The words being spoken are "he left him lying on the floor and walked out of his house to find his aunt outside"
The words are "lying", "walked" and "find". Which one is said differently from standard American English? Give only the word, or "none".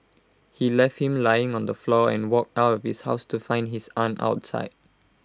none